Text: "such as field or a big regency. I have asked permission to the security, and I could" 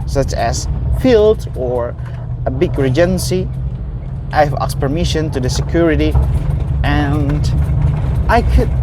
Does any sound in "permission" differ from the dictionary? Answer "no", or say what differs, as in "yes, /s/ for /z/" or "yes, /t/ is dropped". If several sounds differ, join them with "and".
no